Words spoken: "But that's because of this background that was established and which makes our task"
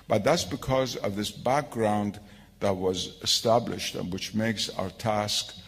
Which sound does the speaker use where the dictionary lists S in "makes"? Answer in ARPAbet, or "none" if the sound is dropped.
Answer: S